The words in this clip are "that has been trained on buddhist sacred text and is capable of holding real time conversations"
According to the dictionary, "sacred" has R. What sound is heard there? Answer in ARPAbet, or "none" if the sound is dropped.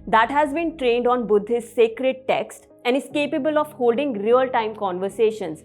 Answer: R